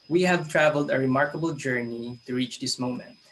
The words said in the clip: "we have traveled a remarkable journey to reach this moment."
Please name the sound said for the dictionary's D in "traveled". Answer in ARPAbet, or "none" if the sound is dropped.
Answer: D